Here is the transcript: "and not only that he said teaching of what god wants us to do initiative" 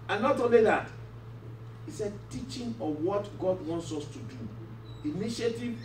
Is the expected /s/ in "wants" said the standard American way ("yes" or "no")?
yes